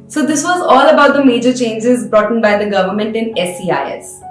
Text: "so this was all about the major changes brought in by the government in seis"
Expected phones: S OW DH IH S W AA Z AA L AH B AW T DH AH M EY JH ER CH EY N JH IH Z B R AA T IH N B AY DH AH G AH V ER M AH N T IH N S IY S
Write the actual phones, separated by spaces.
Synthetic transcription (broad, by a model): S OW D IH S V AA Z AA L AH B AW T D AH M EY JH ER CH EY N JH IH Z B R AA T N B AY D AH G AH V ER M AH N T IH N S IY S